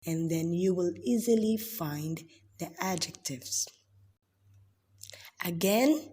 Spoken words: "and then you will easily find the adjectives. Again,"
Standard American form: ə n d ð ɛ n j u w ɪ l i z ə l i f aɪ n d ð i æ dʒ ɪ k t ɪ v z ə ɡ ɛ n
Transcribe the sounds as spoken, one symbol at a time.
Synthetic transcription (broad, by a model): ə n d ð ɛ n j u w ɪ l i z ə l i f aɪ n d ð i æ dʒ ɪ k t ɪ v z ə ɡ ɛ n